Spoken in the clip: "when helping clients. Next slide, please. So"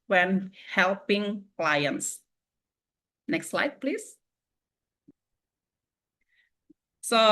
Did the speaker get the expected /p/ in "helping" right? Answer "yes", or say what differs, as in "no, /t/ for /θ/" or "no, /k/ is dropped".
yes